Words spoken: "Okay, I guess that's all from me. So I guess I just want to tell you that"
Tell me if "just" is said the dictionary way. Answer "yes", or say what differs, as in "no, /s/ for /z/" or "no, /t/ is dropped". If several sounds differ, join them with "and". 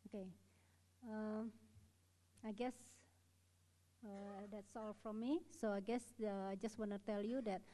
yes